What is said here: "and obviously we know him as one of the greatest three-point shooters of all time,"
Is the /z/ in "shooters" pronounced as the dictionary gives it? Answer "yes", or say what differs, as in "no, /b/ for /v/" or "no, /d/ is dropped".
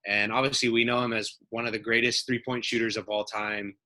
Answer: yes